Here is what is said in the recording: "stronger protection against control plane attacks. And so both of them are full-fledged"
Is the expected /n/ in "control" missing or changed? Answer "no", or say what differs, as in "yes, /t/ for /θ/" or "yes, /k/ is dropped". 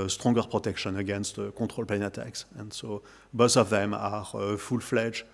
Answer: yes, /n/ is dropped